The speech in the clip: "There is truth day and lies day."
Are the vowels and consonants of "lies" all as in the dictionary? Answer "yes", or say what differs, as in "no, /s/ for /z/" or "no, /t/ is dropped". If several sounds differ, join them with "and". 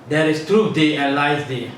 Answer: no, /s/ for /z/